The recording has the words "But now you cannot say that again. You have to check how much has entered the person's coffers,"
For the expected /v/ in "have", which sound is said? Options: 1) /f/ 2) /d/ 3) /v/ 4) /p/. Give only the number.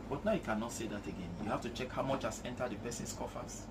1